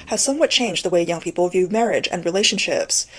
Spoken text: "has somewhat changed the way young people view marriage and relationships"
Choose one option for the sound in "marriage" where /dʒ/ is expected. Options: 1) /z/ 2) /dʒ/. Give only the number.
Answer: 2